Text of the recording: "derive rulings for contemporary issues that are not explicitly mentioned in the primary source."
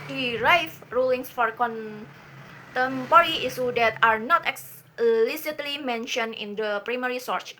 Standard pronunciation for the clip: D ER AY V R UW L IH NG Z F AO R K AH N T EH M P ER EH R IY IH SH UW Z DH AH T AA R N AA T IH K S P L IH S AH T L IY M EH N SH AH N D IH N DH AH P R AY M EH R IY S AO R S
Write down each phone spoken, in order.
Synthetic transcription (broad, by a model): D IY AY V R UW L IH NG S F AO R K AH N T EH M P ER R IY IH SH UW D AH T AA R N AA T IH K S L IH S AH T L IY M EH N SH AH N IH N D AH P R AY M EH R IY S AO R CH